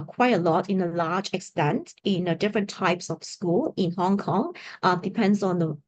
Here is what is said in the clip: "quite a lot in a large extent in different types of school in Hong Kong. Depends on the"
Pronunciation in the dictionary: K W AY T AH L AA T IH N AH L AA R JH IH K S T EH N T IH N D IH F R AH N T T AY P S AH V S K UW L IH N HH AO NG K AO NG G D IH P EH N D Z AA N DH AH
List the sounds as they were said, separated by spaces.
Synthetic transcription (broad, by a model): K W AY T AH L AA T IH N AH L AA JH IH K S T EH N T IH N D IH F R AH N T T AY P S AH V S K UW L IH N HH AO NG K AO NG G D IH P EH N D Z AA N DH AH